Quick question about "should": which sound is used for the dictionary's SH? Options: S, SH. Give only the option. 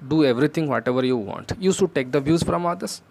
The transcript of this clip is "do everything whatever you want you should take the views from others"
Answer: S